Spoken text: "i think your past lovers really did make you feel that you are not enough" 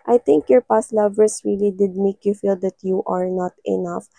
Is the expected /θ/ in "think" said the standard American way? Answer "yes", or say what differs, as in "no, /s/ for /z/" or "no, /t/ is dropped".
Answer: no, /t/ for /θ/